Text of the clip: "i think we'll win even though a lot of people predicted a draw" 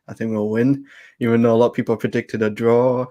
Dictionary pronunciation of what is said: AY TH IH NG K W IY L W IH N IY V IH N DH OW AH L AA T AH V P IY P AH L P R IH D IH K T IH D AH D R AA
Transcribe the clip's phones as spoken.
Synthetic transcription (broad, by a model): AY TH IH NG K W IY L W IH N IY V IH N OW AH L AA T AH P IY P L P R IH D IH K T IH D AH D R AA